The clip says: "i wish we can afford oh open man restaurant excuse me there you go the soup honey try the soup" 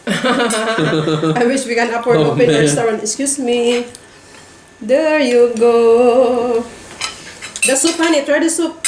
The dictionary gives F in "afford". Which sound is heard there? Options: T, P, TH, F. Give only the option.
P